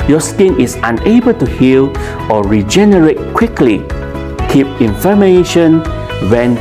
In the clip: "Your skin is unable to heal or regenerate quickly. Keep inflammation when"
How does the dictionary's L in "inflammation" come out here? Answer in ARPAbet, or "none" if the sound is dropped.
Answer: none